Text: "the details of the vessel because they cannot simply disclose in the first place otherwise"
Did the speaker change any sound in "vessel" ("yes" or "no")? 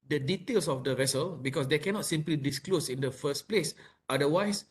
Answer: no